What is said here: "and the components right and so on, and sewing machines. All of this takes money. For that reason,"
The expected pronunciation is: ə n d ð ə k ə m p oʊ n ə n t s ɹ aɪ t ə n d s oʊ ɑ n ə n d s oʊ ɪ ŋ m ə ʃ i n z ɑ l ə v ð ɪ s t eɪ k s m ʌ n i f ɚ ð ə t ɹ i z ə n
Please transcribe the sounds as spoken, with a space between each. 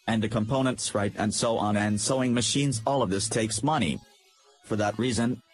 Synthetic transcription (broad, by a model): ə n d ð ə k ə m p oʊ n ə n t s ɹ aɪ t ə n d s oʊ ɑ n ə n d s oʊ ɪ ŋ m ə ʃ i n z ɑ l ə v ð ɪ s t eɪ k s m ʌ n i f ɚ ð ə t ɹ i z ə n